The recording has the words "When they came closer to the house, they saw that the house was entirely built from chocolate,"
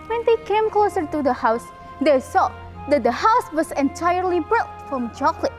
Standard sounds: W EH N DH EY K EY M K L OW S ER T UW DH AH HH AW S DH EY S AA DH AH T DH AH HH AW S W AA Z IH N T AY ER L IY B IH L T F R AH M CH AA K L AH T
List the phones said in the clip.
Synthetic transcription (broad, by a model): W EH N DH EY K EY M K L OW S ER T UW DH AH HH AW S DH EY S AA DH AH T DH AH HH AW S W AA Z IH N T AY ER L IY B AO T F R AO M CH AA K L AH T